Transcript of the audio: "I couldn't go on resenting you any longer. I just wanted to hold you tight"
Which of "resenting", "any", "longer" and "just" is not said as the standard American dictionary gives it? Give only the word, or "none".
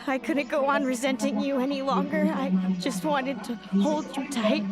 none